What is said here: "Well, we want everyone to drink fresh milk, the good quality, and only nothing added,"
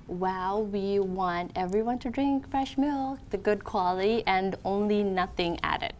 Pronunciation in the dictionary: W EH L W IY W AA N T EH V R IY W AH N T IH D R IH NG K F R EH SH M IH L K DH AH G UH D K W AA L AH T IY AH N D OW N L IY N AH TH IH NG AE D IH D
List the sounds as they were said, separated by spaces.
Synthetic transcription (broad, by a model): W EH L W IY W AA N T EH V R IY W AH N T IH D R IH NG K F R EH SH M IH L K DH AH G UH D K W AA L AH T IY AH N OW N L IY N AH TH IH NG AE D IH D